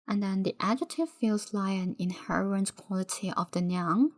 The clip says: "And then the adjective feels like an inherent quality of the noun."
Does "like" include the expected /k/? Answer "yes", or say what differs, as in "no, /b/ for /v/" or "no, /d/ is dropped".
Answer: no, /k/ is dropped